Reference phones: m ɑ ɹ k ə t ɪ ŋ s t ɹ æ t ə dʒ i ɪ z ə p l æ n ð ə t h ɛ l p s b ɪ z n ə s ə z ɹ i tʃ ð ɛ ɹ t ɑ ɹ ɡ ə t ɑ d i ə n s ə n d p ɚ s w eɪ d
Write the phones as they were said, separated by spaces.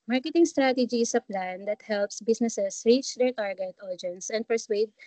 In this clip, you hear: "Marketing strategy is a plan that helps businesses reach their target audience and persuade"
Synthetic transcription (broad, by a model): m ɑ ɹ k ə t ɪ ŋ s t ɹ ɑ t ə dʒ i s ə p l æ n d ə t h ɛ l p s b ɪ s n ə s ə s ɹ i tʃ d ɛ ɹ t ɑ ɹ ɡ ə t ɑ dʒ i n s ə n d p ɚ s w eɪ d